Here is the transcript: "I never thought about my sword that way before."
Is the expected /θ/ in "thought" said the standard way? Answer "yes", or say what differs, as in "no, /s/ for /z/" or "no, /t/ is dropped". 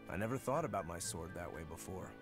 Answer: yes